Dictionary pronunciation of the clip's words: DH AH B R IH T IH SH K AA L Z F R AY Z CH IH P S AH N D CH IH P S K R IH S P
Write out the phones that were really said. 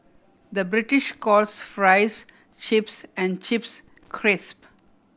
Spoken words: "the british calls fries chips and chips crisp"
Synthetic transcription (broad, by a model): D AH B R IH T IH SH K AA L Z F R AY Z CH IH P S AH N D CH IH P S K R IH S P